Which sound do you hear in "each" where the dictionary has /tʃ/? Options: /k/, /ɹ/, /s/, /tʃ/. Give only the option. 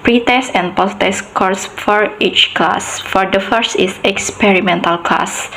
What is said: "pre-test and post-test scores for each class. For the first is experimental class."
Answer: /tʃ/